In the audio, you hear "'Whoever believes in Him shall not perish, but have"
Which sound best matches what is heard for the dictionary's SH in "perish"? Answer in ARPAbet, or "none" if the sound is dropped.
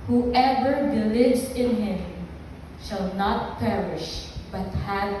SH